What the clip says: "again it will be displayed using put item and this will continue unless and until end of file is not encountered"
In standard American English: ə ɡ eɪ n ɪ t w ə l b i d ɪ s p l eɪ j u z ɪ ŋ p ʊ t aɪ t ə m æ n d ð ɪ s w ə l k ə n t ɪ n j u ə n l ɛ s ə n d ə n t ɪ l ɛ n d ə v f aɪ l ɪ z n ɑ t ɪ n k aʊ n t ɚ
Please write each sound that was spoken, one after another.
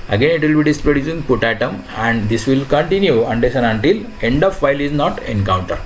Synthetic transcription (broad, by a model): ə ɡ eɪ n ɪ t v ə l b i d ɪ s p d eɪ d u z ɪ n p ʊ t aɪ t ə m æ n d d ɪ s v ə l k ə n t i n j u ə n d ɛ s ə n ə n t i l ɛ n d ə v f aɪ l ɪ z n ɑ t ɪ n k aʊ n t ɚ